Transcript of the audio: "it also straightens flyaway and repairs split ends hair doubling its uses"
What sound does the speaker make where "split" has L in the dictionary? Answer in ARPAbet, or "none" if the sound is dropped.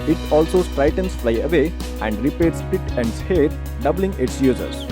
none